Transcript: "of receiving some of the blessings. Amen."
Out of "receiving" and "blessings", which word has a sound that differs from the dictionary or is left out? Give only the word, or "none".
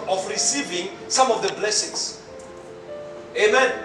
blessings